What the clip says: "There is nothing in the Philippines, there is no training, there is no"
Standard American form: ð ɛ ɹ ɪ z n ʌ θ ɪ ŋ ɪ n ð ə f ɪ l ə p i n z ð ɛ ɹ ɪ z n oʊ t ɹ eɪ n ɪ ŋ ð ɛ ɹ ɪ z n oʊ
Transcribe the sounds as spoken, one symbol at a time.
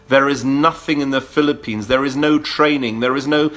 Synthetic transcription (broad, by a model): ð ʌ ɹ ɪ z n ʌ θ ɪ ŋ ɪ n ð ə f ɪ l ə p i n z ð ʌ ɹ ɪ z n oʊ t ɹ eɪ n ɪ ŋ ð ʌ ɹ ɪ z n oʊ